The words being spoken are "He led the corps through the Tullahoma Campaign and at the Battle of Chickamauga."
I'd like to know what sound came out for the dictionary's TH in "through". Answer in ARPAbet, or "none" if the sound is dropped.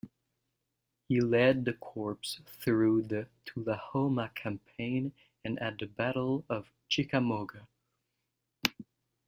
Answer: TH